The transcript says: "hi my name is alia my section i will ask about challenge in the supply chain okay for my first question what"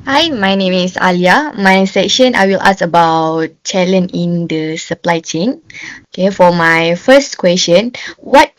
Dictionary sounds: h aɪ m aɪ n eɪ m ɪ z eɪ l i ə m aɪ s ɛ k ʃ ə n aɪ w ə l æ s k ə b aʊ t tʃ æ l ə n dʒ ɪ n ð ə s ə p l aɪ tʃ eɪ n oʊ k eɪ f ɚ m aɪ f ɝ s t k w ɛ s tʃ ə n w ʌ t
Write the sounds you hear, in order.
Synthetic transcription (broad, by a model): h aɪ m aɪ n eɪ m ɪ s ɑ l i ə m aɪ s ɛ k ʃ ə n aɪ w ə l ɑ s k ə b aʊ t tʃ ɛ l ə n ɪ n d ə s ə p l aɪ tʃ eɪ n oʊ k eɪ f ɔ m aɪ f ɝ s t k w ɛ s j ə n w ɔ t